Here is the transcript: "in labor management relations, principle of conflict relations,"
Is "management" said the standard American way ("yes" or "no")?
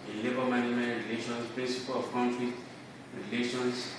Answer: no